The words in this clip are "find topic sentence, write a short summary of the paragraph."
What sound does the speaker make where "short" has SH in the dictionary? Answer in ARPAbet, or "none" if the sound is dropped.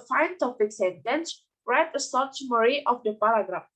S